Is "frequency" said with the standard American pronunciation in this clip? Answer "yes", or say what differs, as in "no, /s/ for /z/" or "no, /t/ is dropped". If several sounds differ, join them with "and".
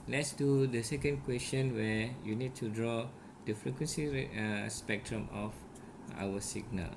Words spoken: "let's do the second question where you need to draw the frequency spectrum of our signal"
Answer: yes